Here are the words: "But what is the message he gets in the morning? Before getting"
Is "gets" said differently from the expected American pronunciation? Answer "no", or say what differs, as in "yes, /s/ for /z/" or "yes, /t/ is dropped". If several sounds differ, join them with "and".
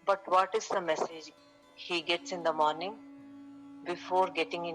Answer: no